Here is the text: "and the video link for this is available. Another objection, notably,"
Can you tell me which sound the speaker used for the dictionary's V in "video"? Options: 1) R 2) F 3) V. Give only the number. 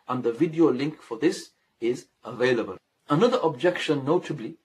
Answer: 3